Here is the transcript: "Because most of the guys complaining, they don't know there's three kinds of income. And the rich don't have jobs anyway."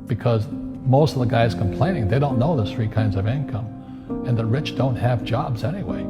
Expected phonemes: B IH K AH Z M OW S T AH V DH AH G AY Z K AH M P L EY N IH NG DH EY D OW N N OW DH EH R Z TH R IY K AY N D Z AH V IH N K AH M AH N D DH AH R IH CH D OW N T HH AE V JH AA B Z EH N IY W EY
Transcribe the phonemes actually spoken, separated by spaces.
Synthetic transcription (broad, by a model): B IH K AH Z M OW S T AH V DH AH G AY Z K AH M P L EY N IH NG DH EY D OW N N OW DH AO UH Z TH R IY K AY N D Z AH V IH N K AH M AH N DH AH R IH CH D OW N T HH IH V JH AA B Z EH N IY W EY